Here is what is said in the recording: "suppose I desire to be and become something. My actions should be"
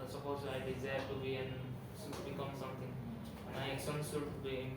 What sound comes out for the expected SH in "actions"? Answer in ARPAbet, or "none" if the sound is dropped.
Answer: S